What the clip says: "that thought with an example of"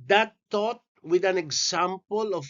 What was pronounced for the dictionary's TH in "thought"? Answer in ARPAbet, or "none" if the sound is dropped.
T